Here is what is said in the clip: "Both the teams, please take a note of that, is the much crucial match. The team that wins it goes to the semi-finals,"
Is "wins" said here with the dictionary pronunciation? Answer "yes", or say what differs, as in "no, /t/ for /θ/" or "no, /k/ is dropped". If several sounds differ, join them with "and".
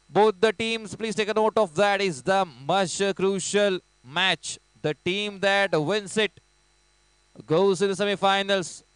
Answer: no, /s/ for /z/